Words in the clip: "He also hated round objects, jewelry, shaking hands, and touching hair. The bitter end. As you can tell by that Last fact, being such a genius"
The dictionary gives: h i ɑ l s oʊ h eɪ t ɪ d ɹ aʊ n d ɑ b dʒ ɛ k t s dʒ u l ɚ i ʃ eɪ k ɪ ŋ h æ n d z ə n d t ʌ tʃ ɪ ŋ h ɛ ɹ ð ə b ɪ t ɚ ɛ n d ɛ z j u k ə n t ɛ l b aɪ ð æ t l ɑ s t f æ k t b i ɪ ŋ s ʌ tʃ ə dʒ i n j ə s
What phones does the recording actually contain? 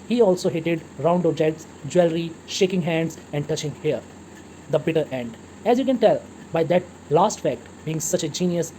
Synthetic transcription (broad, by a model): h i ɑ l s oʊ h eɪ t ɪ d ɹ aʊ n d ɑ dʒ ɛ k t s dʒ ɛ l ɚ i ʃ eɪ k ɪ ŋ h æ n d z ə n d t ʌ tʃ ɪ ŋ h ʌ ɹ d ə b ɪ t ɚ ɛ n d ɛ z j u k ə n t ɛ l b aɪ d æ t l ɑ s t f æ k t b i ɪ ŋ s ʌ tʃ ə dʒ i n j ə s